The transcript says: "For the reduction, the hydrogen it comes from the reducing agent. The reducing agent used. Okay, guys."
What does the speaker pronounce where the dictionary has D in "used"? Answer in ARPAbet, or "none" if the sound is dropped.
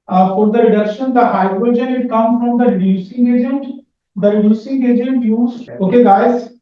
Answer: none